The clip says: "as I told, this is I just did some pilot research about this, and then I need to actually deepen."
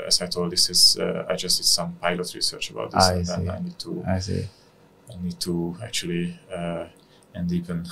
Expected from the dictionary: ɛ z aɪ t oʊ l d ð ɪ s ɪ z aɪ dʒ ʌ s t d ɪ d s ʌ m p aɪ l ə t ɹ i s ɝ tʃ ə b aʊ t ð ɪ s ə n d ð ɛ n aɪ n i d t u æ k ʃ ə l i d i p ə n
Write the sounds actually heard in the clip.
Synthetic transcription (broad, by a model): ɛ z aɪ t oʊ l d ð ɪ s ɪ z aɪ dʒ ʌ s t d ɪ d s ʌ m p aɪ l ə t ɹ i s ɝ tʃ ə b aʊ t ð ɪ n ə n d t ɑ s aɪ n i d t u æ k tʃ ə l i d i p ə n